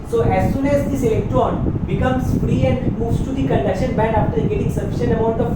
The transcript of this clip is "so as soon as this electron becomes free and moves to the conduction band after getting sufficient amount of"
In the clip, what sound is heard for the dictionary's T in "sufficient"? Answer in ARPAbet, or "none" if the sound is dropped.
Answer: none